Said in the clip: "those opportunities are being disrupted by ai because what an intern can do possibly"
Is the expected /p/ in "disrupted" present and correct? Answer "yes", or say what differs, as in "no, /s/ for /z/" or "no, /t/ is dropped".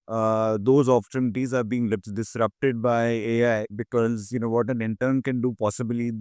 yes